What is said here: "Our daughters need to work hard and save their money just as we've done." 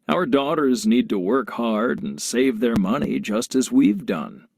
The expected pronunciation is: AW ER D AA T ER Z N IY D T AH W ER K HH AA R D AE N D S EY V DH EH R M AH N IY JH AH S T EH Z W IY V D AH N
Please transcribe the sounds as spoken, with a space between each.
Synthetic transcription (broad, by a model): AW ER D AA T ER Z N IY D T AH W ER K HH AA R D N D S EY V DH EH R M AH N IY JH AH S T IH Z W IY V D AH N